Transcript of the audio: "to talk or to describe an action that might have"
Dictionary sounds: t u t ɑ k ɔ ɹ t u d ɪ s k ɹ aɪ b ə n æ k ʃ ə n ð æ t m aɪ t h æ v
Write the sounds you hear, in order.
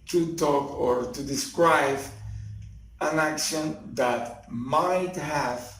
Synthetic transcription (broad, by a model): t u t ɑ k ɔ ɹ t u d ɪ s k ɹ aɪ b ə n æ k ʃ ə n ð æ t m aɪ t h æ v